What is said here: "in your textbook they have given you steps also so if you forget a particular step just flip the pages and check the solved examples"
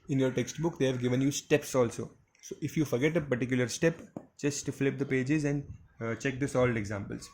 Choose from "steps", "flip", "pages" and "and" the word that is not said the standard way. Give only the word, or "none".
none